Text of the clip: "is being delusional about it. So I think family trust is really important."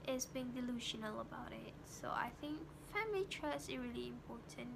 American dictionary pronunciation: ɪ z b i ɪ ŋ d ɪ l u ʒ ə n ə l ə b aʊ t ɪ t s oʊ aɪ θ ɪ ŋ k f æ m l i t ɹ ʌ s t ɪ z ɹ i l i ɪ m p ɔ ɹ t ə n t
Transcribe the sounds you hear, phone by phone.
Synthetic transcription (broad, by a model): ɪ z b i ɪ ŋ d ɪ l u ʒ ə n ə l ə b aʊ t ɪ t s oʊ aɪ θ ɪ ŋ k f æ m l i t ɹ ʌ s ɪ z ɹ i l i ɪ m p ɔ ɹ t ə n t